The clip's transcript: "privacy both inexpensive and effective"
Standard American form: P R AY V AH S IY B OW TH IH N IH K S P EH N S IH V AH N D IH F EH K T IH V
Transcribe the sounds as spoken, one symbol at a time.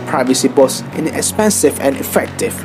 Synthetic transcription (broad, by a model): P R AY V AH S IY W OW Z IH N IH K S P EH N S IH V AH N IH F EH K T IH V